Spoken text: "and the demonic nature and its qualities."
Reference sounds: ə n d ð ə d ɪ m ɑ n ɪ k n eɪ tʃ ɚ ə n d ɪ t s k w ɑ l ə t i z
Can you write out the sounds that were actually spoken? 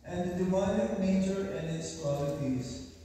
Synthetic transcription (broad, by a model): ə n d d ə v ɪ ɪ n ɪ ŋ n eɪ tʃ ɚ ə n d ɪ t s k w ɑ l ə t i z